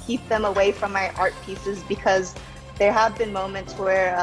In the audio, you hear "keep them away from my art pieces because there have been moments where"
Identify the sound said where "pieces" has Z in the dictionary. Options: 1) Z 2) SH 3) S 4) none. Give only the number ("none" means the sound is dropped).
1